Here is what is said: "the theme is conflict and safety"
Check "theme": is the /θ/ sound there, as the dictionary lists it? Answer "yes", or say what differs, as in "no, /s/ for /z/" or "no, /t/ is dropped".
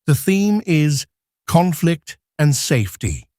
yes